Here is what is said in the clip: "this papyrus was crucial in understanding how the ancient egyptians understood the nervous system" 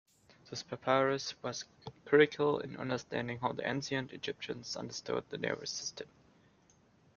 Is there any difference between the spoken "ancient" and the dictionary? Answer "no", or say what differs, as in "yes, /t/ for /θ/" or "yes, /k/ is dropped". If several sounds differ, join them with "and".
yes, /s/ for /ʃ/ and /t/ is dropped